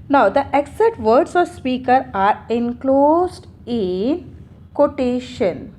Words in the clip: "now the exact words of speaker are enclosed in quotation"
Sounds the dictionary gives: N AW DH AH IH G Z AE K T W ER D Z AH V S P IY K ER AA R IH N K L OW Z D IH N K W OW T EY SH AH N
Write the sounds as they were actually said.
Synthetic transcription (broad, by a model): N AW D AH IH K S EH T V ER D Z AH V S P IY K ER AA R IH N K L OW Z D IH N K OW T EY SH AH N